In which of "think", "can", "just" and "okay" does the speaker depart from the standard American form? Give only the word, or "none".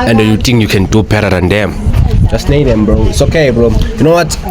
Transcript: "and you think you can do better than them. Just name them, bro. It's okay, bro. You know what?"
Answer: think